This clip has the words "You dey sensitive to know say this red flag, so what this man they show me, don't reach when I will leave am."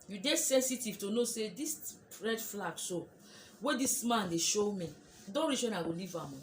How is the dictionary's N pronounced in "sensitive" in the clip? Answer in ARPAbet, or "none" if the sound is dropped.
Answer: N